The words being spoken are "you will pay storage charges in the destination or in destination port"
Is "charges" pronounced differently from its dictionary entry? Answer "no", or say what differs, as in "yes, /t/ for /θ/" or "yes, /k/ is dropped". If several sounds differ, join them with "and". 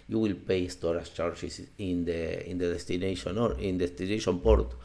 yes, /s/ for /z/